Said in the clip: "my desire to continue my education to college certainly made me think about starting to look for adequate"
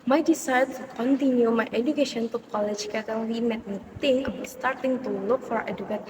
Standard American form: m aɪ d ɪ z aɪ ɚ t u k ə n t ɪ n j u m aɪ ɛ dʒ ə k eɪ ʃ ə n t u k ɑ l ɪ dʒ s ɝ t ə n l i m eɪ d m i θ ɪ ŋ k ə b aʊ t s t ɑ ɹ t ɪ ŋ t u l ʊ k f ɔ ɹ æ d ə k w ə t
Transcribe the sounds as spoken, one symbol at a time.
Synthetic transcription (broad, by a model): m aɪ d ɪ s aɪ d t u k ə n t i n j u m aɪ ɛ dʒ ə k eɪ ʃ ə n t u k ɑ l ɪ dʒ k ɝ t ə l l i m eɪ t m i t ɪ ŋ ə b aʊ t s t ɑ ɹ t ɪ ŋ t u l ʊ k f ɔ ɹ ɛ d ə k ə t